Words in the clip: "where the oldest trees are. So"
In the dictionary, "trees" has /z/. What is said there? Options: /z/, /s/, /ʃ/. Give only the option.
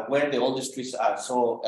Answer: /s/